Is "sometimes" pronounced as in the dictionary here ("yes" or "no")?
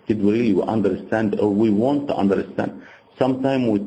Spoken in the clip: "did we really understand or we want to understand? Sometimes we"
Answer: no